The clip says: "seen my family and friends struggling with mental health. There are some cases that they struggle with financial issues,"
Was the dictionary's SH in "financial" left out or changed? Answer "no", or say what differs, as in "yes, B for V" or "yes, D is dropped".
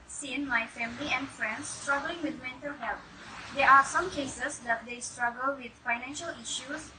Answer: no